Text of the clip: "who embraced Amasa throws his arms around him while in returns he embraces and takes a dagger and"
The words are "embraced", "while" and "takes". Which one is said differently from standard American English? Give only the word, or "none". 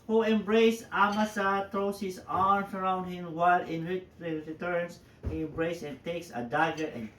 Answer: embraced